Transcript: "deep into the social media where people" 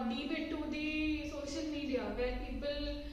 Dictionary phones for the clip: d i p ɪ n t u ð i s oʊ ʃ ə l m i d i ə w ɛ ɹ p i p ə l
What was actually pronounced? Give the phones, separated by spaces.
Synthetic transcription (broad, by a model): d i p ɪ t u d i s oʊ ʃ ə l m i d i ə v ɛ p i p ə l